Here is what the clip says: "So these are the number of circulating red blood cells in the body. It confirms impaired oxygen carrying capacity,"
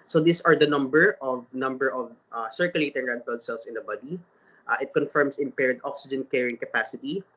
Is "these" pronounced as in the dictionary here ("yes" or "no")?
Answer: no